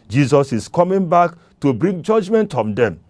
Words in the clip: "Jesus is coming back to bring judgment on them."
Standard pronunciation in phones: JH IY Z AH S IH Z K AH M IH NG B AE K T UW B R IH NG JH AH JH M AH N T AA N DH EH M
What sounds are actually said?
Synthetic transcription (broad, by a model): JH IY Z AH S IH S K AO M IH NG B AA K T UW B R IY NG JH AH JH M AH N T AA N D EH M